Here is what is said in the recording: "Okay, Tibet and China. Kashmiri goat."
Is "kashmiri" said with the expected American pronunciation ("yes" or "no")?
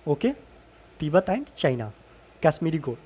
no